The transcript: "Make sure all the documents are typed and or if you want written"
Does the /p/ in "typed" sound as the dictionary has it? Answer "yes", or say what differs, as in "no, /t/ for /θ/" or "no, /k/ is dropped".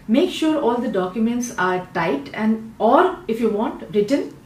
no, /p/ is dropped